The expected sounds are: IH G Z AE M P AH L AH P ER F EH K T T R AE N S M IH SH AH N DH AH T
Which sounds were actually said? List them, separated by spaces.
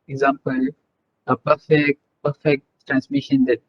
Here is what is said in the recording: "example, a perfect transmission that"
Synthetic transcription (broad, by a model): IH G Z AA M P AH L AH P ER F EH K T T R AE N S M IH SH AH N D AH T